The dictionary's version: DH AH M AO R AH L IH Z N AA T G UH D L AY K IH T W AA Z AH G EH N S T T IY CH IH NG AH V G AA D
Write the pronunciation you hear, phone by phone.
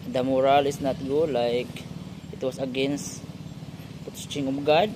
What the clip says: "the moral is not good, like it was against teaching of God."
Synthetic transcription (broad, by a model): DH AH M AO R AH L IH S N AA T G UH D L AY K IH T W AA S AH G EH N S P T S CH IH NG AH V G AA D